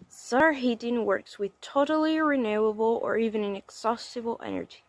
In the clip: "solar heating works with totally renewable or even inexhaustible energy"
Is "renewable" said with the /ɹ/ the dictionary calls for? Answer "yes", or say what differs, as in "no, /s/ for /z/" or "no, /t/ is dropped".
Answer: yes